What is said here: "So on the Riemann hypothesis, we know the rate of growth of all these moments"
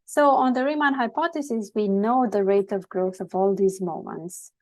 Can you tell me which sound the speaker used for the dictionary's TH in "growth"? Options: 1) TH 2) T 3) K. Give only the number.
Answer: 1